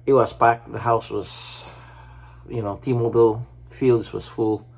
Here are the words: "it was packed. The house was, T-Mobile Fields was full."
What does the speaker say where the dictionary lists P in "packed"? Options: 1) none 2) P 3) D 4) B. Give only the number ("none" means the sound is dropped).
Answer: 4